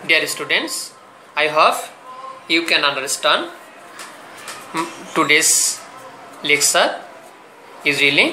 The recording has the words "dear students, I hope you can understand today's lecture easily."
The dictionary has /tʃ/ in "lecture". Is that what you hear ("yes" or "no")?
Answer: no